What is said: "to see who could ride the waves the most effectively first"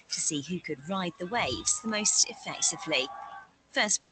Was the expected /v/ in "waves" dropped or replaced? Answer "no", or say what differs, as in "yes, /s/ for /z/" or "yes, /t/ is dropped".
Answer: no